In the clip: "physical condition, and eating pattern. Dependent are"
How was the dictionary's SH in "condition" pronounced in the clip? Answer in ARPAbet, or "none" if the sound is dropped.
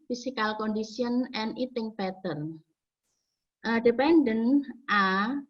S